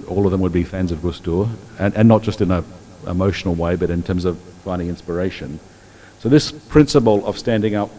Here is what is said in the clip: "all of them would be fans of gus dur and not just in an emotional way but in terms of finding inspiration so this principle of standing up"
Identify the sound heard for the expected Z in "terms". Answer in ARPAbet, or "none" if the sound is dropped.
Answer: Z